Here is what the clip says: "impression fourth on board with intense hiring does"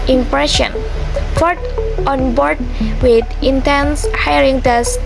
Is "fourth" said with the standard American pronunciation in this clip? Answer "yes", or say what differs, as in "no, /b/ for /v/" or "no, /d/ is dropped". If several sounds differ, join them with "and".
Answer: no, /t/ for /θ/